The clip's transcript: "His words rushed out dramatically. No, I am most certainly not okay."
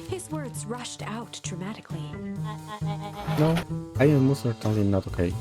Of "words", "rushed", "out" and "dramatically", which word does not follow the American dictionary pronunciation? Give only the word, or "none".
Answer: none